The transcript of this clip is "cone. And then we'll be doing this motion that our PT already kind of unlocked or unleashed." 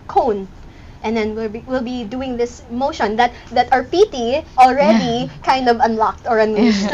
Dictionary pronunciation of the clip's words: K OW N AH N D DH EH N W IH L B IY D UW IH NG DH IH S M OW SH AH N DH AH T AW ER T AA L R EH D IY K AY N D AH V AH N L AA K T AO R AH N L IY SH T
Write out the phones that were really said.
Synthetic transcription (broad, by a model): K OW N AH N D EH N W IH L B IY D UW IH NG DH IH S M OW SH AH N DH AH T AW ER T AA L R EH D IY K AY N D AH V AH N L AA K T AO R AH N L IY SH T